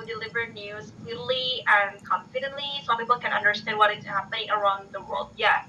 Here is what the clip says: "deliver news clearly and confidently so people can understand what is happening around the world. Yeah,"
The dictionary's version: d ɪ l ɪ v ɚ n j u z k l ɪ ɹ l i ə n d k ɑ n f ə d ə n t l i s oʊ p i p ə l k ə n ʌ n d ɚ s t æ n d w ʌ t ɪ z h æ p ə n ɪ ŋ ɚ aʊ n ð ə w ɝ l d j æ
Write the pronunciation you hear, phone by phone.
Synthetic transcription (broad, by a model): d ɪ l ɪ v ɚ n j u z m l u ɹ l i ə n k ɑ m f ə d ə n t l i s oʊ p i p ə l k ə n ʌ n d ɚ s t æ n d w ʌ t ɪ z h æ p ə n ɪ ŋ ɚ aʊ n ð ə w ɝ l d j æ